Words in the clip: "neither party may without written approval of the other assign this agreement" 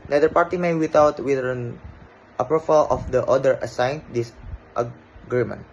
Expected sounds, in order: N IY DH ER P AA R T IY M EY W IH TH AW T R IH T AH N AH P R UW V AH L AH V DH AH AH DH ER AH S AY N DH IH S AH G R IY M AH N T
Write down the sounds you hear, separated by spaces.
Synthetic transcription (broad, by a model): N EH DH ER P AA R T IY M EY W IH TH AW T W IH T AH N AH P R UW F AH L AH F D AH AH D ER AH S AY N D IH S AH G R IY M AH N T